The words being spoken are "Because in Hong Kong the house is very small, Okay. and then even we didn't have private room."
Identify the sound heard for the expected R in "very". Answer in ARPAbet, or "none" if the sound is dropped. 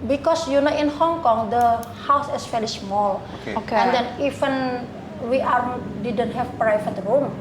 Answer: L